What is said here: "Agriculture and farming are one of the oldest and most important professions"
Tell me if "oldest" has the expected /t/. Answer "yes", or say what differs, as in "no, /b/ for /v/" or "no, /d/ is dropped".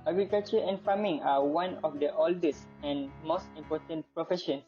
no, /t/ is dropped